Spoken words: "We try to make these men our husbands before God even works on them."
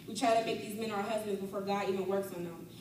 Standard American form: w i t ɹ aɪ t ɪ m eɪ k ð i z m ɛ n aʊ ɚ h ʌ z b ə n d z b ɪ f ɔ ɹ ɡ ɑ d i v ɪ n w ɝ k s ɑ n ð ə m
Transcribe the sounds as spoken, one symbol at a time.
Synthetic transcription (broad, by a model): w i t ɹ aɪ t ɪ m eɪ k ð i z m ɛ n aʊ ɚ h ʌ z b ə n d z b ɪ f ɔ ɹ ɡ ɑ d i v ɪ n w ɝ k s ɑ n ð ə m